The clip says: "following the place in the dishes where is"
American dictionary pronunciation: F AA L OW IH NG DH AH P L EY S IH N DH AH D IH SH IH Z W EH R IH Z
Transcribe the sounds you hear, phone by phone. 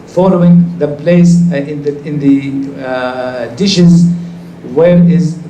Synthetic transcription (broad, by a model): F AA L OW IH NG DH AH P L EY S IH N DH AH D IH SH IH Z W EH R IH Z